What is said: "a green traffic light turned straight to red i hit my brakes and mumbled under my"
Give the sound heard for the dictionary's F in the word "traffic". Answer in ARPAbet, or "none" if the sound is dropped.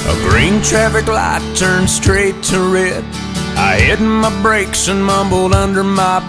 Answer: F